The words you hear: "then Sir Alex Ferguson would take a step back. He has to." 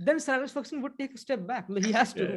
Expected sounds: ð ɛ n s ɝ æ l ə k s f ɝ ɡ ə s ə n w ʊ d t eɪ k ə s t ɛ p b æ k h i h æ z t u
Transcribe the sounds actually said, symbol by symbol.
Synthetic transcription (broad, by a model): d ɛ n s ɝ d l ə s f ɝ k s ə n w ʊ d t eɪ k ə s t ɛ p b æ k h i h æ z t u